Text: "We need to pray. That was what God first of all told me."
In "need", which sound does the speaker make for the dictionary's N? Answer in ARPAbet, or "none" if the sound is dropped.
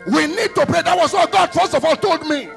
N